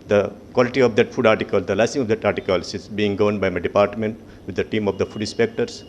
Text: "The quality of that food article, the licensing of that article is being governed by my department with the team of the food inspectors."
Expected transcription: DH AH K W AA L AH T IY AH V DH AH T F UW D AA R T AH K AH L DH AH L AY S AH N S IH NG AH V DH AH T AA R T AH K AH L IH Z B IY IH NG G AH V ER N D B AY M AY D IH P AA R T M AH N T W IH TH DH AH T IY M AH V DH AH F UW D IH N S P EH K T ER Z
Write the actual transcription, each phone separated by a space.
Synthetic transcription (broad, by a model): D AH K W AA L AH T IY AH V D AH T F UW D AA R T AH K AH L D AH L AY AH S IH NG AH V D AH T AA R T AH K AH L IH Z B IY IH NG G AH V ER N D B AY M AY D IH P AA R T M AH N T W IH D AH T IY M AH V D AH F UW D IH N S P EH K T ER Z